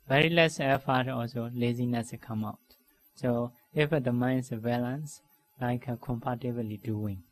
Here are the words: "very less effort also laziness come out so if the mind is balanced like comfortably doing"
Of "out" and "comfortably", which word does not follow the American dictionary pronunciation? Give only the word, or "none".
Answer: comfortably